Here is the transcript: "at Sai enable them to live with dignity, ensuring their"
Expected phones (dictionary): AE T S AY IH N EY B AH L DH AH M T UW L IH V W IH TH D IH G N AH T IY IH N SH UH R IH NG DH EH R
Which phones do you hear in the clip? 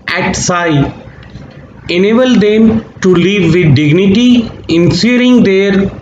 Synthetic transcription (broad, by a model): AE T S AY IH N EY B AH L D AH M T UW L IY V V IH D D IH G N AH T IY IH N S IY R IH NG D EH R